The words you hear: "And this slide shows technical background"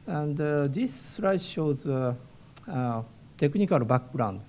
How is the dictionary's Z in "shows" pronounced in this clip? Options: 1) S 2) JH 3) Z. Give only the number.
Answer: 3